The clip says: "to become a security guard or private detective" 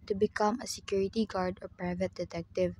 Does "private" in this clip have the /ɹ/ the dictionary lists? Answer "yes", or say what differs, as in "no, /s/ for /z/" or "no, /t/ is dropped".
yes